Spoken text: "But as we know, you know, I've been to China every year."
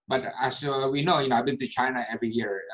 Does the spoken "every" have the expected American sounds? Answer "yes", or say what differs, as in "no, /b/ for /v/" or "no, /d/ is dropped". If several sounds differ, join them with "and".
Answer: yes